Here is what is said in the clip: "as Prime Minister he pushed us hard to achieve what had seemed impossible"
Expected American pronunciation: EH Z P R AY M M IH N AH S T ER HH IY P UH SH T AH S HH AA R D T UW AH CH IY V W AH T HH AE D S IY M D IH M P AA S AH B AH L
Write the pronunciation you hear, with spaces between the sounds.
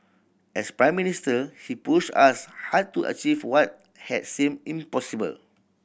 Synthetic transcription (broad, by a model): EH S P R AY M M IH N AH S T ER HH IY P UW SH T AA S HH AA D T UW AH CH IY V W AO T HH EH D S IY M IH M P AA S AH B AH L